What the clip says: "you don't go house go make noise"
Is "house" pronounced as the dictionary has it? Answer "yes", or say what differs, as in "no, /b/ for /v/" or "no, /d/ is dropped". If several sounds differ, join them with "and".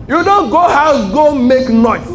no, /s/ is dropped